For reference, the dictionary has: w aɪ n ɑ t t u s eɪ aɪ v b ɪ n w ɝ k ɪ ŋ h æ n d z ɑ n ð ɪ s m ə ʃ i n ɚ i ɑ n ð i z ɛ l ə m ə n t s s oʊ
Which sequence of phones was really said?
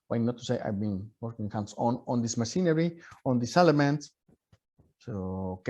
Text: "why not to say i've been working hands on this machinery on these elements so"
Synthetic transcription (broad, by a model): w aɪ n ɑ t t u s eɪ aɪ v b ɪ n w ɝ k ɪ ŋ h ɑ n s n ɑ n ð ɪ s m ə s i n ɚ i ɑ n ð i s ɛ l ə m ə n t s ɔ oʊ